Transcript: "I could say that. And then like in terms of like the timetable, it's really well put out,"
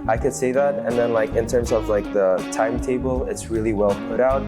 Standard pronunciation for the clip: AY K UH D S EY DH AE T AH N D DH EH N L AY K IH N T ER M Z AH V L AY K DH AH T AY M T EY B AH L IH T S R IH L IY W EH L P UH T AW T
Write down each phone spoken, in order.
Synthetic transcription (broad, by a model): AY K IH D S EY DH AE T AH N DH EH N L AY K IH N T ER M Z AH V L AY K DH AH T AY M T EY B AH L IH T S R IH L IY W EH L P UH T AW T